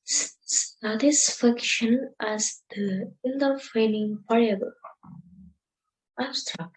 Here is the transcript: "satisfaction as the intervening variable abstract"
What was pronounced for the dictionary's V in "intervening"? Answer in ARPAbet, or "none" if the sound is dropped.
F